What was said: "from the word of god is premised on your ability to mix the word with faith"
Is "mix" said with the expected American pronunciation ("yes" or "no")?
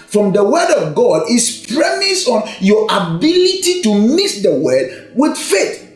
no